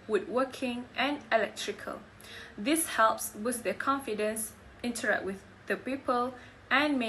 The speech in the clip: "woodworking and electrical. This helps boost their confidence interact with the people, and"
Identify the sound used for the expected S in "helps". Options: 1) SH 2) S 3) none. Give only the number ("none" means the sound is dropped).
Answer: 2